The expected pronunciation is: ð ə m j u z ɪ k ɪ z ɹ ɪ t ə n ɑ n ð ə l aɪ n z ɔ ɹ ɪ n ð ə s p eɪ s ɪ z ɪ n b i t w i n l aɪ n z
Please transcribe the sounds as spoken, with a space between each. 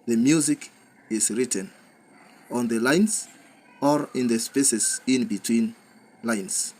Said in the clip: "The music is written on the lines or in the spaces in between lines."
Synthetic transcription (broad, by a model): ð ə m j u z ɪ k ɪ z ɹ ɪ t ə n ɑ n ð ə l aɪ n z ɔ ɹ ɪ n ð ə s p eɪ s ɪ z ɪ n b i t w i n l aɪ n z